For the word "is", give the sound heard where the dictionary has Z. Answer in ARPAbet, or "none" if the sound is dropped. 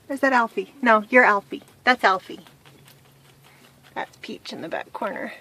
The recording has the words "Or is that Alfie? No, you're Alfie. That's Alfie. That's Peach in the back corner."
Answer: Z